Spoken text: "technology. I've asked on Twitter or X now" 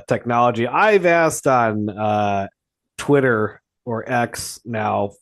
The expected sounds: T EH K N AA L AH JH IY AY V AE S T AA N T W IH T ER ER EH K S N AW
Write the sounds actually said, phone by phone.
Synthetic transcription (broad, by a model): T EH K N AA L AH JH IY AY V AE S T N T W IH T ER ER EH K S N AW